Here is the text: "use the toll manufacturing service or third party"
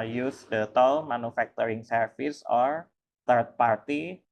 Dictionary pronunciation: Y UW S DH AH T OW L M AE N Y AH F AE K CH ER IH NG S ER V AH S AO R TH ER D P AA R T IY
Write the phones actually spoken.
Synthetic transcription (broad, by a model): Y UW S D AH T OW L M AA N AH F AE K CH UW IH NG S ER F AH S AO R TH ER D P AA R T IY